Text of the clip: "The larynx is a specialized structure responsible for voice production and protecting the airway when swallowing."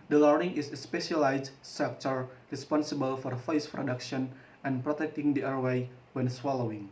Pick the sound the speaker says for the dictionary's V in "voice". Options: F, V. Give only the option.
F